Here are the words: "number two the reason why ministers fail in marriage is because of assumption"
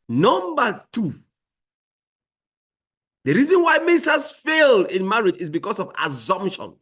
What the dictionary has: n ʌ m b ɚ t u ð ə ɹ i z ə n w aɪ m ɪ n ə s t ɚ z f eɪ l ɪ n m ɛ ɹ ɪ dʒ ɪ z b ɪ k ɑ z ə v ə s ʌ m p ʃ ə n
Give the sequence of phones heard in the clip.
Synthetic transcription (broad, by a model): n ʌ m b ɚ t u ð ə ɹ i z ə n w aɪ m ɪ n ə s t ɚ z f eɪ l ɪ n m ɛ ɹ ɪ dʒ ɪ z b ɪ k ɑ s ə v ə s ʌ m p ʃ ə n